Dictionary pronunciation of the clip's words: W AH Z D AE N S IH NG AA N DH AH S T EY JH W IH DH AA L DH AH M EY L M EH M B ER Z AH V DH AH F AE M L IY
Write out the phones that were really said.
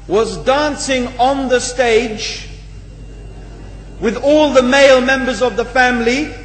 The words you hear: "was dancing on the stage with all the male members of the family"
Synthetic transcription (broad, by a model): W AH Z D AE N S IH NG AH N DH AH S T EY JH W IH DH AA L DH AH M EY L M EH M B ER Z AH V DH AH F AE M L IY